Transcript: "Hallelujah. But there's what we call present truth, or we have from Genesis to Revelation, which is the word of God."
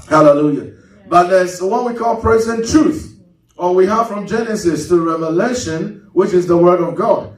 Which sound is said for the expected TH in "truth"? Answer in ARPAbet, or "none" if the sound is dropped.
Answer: TH